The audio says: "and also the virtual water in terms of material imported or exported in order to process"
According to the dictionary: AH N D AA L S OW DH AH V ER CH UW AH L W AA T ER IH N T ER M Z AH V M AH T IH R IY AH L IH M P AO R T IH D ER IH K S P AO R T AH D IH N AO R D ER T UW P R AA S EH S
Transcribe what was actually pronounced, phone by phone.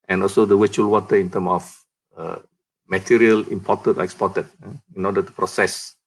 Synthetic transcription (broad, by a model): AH N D AA L S OW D AH W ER CH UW L W AA T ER IH N T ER M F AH M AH T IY R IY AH L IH M P AO T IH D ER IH K S P AO T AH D IH N AO D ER T UW P R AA S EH S